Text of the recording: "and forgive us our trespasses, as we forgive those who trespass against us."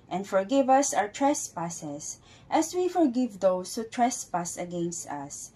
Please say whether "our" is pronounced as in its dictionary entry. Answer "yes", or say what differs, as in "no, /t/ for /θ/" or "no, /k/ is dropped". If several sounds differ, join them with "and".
no, /w/ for /ɹ/